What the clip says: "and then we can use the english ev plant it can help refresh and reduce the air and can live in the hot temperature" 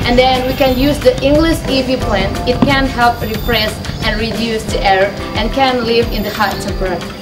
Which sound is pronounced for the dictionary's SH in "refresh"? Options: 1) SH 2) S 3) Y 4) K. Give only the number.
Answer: 2